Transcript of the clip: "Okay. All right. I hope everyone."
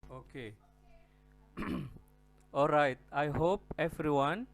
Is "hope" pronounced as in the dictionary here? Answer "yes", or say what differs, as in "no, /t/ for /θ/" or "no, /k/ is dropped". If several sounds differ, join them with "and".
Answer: yes